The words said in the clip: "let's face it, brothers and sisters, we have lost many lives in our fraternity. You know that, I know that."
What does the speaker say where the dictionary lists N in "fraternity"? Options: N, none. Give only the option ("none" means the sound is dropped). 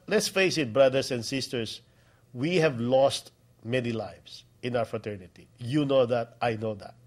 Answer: N